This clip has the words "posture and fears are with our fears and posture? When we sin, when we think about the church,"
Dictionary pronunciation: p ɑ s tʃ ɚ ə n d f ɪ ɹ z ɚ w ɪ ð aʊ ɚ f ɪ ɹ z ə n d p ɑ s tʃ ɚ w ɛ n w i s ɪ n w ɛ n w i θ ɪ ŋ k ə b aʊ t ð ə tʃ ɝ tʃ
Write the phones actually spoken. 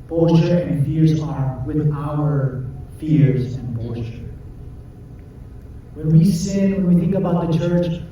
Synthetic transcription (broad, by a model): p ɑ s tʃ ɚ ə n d f ɪ ɹ z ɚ w ɪ ð aʊ ɚ f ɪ ɹ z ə n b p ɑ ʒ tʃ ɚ w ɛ n w i s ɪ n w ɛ n w i θ ɪ ŋ k ə b aʊ t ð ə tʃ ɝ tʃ